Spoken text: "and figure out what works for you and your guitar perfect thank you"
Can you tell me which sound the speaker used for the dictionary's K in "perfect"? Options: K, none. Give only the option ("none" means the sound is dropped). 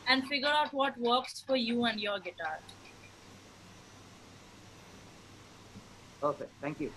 none